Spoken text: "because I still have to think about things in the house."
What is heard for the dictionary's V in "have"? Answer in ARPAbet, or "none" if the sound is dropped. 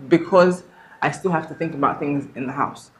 F